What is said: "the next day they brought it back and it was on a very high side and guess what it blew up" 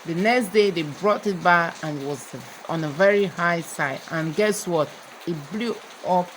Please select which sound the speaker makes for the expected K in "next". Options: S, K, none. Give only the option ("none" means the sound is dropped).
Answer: K